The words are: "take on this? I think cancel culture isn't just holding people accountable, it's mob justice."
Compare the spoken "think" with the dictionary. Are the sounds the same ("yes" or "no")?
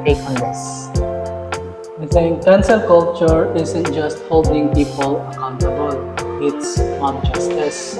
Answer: no